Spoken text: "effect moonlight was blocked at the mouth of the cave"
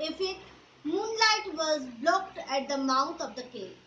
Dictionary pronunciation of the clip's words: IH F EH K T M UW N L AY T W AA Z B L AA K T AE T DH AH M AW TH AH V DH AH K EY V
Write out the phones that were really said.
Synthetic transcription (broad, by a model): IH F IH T M UW N L AY T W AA Z B L AA K T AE T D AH M AW T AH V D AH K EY